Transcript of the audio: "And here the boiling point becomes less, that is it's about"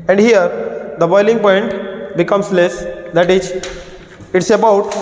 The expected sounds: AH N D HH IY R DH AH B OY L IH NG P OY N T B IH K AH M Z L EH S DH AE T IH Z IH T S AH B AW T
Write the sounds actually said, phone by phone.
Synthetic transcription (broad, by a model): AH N D HH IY R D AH B OY L IH NG P OY N T B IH K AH M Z L EH S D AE T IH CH IH T S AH B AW T